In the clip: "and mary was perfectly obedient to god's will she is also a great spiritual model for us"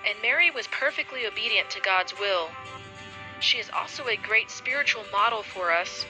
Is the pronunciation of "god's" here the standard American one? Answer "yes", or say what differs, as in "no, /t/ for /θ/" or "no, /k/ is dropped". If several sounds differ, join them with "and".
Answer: yes